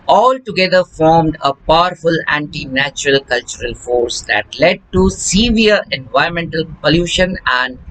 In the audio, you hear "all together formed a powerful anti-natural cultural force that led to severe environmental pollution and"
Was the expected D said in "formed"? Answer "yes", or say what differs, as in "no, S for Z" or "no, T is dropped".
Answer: yes